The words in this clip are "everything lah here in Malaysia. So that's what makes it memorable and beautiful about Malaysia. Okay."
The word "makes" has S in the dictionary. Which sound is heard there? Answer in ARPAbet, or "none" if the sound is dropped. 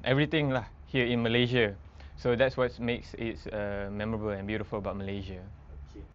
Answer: S